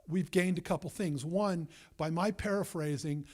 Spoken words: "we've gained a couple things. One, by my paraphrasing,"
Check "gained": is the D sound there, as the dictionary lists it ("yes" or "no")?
yes